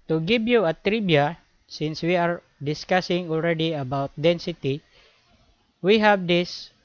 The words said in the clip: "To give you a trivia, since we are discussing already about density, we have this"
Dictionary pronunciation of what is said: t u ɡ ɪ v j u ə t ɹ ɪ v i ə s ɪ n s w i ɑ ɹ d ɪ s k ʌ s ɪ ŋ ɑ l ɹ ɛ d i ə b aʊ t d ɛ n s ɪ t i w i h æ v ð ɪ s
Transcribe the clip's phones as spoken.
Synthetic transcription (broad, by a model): t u ɡ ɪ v j u ə t ɹ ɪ b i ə s ɪ n s w i ɑ ɹ d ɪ s k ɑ s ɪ ŋ ɑ l ɹ ɛ d i ə b aʊ t d ɛ n s ɪ t i w i h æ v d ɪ s